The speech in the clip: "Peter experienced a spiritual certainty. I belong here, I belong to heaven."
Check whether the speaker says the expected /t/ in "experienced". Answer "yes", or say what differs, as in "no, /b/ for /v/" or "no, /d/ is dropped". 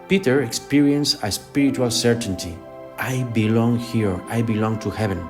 no, /t/ is dropped